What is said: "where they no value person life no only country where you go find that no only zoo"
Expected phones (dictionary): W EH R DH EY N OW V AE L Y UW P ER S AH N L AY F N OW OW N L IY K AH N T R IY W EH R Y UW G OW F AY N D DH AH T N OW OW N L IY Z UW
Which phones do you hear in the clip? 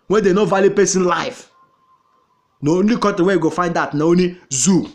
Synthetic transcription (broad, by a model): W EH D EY N OW V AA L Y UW P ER S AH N L AY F N OW OW N L IY K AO T IY W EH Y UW G OW F AY N D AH T N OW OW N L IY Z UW